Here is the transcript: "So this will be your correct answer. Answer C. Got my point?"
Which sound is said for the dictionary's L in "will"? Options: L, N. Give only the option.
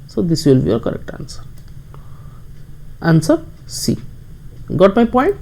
L